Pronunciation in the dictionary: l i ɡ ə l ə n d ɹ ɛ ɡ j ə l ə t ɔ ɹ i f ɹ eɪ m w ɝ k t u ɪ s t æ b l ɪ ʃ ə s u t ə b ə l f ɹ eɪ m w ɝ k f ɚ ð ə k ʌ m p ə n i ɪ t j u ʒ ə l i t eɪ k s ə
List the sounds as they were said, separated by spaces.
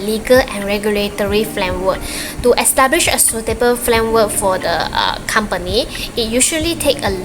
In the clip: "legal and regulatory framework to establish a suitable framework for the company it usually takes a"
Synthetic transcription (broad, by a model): l i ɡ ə l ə n ɹ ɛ ɡ j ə l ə t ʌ ɹ i f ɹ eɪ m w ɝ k t u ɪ s t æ b l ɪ ʃ ə s u t ə b ə l f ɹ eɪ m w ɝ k f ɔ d ə k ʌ m p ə n i ɪ t j u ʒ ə l i t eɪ k ə